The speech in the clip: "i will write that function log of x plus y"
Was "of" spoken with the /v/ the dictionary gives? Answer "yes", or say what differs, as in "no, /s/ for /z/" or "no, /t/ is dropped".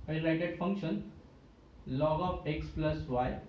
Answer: no, /p/ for /v/